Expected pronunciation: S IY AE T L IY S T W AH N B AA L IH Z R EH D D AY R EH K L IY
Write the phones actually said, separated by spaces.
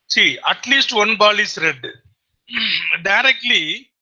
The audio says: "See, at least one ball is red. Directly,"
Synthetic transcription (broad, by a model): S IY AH T L IY S T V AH N B AA L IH S R EH D D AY R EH K L IY